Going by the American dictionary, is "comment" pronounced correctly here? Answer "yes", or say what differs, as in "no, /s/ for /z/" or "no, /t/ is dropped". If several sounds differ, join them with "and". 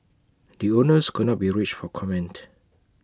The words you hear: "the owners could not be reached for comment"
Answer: yes